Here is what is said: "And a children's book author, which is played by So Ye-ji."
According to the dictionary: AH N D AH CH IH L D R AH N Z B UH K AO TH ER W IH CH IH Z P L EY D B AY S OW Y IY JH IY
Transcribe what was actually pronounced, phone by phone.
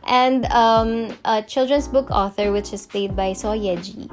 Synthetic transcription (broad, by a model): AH N D AH CH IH L D R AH N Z B UH K AO TH ER W IH CH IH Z P L EY D B AY S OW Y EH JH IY